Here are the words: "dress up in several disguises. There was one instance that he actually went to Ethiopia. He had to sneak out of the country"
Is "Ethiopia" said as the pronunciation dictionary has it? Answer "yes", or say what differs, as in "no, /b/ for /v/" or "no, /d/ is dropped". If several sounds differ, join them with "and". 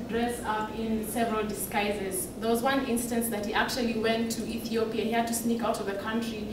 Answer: yes